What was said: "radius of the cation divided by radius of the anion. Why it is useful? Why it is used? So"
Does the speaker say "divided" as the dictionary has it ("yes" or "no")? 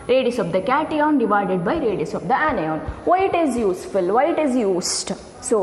yes